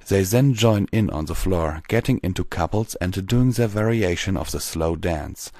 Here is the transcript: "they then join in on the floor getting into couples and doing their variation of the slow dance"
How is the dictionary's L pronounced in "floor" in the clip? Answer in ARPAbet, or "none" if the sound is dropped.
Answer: L